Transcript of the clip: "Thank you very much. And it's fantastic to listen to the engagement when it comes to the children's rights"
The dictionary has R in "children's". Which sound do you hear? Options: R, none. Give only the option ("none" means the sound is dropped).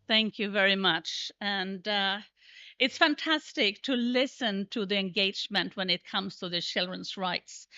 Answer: R